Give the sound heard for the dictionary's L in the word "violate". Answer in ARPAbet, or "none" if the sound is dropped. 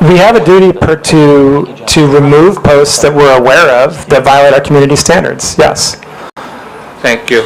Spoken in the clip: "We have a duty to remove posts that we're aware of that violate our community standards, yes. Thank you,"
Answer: L